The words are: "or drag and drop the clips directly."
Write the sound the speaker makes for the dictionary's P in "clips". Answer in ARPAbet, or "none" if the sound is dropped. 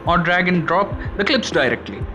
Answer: P